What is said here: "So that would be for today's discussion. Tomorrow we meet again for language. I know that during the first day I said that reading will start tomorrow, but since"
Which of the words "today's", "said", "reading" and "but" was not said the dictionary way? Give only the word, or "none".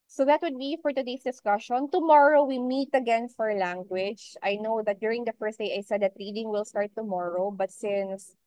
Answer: today's